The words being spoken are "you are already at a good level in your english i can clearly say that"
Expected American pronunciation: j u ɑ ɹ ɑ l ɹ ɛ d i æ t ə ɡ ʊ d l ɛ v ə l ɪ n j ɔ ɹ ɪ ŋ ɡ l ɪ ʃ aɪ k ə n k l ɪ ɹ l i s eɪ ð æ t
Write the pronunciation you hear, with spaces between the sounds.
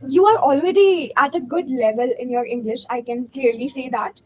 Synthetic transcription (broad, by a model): j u ɑ ɹ ɑ l ɹ ɛ d i æ t ə ɡ ʊ d l ɛ v ə l ɪ n j ɔ ɹ ɪ ŋ ɡ l ɪ ʃ aɪ k ə n k l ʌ ɹ l i s eɪ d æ t